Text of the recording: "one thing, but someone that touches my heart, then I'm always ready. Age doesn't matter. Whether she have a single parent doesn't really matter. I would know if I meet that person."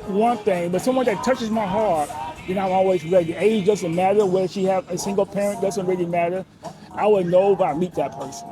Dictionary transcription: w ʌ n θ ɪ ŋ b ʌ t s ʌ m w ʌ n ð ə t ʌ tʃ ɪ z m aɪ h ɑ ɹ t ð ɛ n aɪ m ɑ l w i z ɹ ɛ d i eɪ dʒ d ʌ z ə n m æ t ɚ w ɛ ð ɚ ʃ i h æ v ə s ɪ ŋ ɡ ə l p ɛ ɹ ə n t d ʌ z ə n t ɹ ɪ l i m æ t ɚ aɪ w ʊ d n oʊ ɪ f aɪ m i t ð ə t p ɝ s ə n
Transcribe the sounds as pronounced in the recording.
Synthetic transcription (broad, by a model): w ʌ n θ ɪ ŋ b ʌ t s ʌ m w ʌ n ð ə t ʌ tʃ ɪ z m aɪ h ɑ ɹ t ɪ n aɪ m ɑ l w i z ɹ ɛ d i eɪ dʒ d ʌ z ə n m æ t ɚ w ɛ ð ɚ ʃ i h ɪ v ə s ɪ ŋ ɡ l p ɛ ɹ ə n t d ʌ z ə n t ɹ ɪ l i m æ t ɚ aɪ w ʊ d n oʊ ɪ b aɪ m i t ð ə t p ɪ s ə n